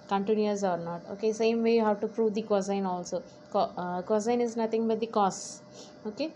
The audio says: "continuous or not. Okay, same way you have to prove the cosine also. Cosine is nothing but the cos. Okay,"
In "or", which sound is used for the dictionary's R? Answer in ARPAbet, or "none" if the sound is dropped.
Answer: R